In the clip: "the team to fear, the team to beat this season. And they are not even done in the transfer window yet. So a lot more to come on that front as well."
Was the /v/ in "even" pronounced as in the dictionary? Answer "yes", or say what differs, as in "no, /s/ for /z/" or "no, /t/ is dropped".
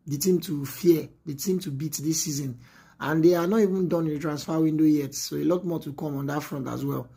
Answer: yes